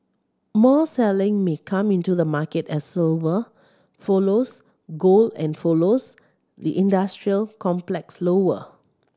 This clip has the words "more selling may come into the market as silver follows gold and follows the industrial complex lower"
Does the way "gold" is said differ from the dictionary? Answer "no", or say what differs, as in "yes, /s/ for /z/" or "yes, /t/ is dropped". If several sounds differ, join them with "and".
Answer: yes, /d/ is dropped